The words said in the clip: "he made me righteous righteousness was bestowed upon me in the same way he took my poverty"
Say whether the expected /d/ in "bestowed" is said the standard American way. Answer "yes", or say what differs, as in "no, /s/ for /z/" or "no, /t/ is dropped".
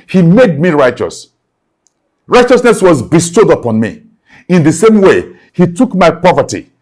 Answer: yes